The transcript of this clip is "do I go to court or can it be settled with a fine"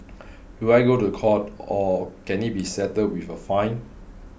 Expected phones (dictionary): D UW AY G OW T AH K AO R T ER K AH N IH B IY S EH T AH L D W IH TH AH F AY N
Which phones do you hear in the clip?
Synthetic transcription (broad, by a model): D UW AY G OW T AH K AO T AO K AH N IH B IY S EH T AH D W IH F AH F AY N